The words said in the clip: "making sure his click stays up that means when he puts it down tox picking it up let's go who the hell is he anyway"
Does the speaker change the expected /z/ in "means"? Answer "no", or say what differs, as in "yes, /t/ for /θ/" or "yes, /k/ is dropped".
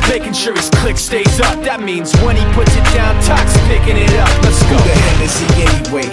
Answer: no